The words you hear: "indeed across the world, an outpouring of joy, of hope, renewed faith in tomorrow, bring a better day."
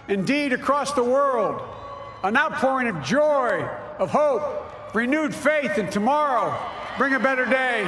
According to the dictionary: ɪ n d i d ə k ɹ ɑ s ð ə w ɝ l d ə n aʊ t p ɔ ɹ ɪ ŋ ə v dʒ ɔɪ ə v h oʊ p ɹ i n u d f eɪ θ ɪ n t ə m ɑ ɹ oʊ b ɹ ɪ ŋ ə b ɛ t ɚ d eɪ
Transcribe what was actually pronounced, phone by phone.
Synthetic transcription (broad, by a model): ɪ n d i d ə k ɹ ɑ s ð ə w ɝ l d ə n aʊ t p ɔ ɹ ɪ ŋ ə v dʒ ɔɪ ə v h oʊ p ɹ i n u d f eɪ θ ɪ n t ə m ɑ ɹ oʊ b ɹ ɪ ŋ ə b ɛ t ɚ d eɪ